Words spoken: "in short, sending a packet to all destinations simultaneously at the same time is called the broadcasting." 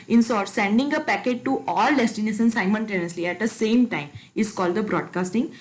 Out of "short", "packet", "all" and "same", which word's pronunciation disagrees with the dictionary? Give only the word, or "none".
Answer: short